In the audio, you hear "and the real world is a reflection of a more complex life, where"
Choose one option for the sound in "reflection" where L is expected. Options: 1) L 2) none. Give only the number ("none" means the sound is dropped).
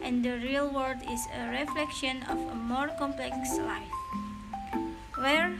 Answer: 1